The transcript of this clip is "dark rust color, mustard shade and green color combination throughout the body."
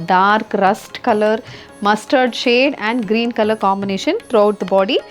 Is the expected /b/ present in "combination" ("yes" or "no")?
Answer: yes